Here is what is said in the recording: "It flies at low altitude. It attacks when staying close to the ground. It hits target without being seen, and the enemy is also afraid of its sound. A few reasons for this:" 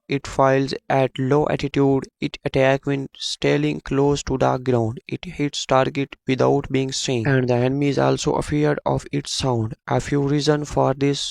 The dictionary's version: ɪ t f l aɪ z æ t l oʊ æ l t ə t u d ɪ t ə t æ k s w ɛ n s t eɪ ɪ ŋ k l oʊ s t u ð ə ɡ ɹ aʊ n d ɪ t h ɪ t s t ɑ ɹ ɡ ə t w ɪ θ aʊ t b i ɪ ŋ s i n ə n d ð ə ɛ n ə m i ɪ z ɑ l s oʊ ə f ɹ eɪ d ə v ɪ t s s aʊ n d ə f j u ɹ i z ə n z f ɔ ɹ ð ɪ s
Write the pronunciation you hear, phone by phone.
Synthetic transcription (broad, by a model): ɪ t f aɪ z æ t l oʊ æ t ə t u d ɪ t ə t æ k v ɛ n s t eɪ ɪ ŋ k l oʊ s t u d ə ɡ ɹ aʊ n d ɪ t h ɪ t s t ɑ ɹ ɡ ə t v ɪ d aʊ t b i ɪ ŋ s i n ə n d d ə ɛ n ə m i ɪ z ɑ l s oʊ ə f ɹ d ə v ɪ t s s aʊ n d ə f j u ɹ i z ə n f ɔ ɹ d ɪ s